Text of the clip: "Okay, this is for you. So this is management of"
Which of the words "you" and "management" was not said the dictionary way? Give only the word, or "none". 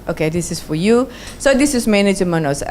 management